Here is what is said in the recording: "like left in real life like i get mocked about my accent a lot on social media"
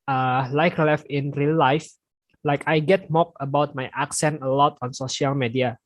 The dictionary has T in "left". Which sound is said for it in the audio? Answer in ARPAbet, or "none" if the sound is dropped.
none